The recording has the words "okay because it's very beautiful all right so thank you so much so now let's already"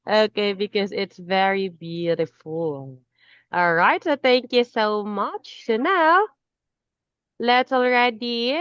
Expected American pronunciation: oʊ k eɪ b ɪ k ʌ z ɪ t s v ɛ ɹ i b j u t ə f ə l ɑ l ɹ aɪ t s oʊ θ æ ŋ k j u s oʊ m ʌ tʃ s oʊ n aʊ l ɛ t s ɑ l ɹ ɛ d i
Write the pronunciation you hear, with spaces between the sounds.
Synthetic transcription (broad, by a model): oʊ k eɪ b ɪ k ʌ z ɪ t s v ɛ ɹ i b j u t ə f l ɑ l ɹ aɪ t s oʊ θ æ ŋ k j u s oʊ m ʌ tʃ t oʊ n aʊ l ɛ t s l ɹ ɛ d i